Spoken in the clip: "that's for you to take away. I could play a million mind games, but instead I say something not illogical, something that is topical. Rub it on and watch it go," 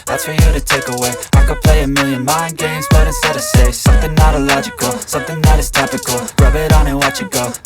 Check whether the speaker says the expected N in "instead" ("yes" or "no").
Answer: no